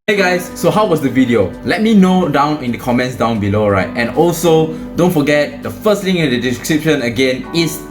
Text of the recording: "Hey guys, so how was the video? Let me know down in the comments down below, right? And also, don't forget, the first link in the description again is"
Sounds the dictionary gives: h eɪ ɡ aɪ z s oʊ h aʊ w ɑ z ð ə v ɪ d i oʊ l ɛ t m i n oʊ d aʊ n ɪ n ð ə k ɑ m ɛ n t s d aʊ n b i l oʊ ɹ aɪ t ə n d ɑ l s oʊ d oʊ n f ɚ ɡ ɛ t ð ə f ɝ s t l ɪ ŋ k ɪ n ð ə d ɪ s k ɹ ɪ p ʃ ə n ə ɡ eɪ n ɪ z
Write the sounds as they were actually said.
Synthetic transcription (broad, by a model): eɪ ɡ aɪ s oʊ h aʊ w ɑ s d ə v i d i oʊ l ɛ t m i n oʊ d aʊ n ɪ n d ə k ɑ m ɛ n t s d aʊ n b i l oʊ ɹ aɪ t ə n ɑ l s oʊ d oʊ n f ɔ ɡ ɛ t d ə f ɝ s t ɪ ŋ ɪ n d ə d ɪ s k ɹ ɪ p ʃ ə n ə ɡ eɪ n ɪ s